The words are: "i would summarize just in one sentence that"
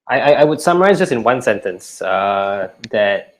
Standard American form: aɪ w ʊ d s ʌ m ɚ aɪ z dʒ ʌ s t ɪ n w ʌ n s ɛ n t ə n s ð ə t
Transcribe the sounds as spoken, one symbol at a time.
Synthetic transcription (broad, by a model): aɪ w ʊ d s ʌ m ɚ aɪ z dʒ ʌ s t ɪ n w ʌ n s ɛ n t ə n s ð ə t